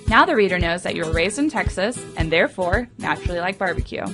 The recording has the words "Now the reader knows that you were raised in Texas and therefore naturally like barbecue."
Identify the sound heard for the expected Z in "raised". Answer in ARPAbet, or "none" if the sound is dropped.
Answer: Z